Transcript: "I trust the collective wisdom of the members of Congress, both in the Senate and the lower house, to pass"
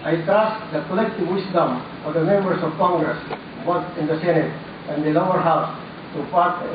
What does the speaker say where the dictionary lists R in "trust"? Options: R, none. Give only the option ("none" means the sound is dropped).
none